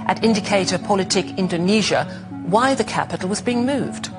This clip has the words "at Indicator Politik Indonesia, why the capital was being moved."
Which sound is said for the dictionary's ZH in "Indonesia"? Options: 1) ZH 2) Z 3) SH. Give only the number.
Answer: 1